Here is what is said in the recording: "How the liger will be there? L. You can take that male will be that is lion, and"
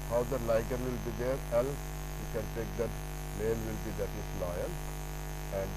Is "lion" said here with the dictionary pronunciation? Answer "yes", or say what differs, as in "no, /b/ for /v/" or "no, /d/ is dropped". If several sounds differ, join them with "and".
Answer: no, /l/ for /n/